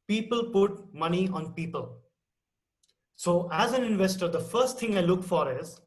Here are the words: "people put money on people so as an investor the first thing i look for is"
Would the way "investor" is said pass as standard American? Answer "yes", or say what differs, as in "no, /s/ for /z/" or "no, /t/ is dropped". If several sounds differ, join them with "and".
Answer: yes